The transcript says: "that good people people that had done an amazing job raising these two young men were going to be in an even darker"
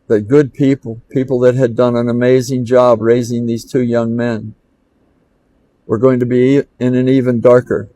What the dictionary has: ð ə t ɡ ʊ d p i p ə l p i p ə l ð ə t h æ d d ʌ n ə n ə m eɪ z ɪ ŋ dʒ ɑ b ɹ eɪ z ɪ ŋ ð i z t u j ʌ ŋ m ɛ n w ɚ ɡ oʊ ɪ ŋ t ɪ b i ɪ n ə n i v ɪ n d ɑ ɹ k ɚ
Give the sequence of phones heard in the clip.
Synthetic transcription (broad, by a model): ð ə t ɡ ʊ d p i p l p i p l ð ə t h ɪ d d ʌ n ə n ə m eɪ z ɪ ŋ dʒ ɑ b ɹ eɪ z ɪ ŋ ð i z t u j ʌ ŋ m ɛ n w ɚ ɡ oʊ ɪ ŋ t ɪ b i ɪ n ə n i v ɪ n d ɑ ɹ k ɚ